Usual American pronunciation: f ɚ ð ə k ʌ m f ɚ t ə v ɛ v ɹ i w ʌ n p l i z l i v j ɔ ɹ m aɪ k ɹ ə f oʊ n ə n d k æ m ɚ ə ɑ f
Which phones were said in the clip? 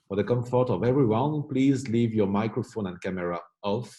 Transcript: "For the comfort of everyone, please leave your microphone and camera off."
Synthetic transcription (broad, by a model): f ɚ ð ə k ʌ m f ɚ t ə v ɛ v ɹ i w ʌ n p l i z l i v j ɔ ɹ m aɪ k ɹ ə f oʊ n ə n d k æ m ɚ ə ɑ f